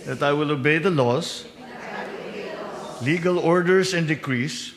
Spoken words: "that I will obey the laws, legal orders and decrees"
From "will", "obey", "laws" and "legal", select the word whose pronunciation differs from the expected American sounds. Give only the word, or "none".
laws